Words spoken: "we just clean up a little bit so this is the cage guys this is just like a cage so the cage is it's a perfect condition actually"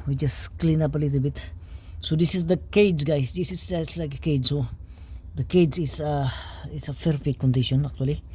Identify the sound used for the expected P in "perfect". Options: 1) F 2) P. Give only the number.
1